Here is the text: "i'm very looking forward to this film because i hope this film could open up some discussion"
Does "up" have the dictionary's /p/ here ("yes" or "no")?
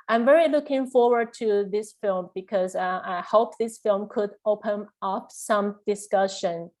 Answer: yes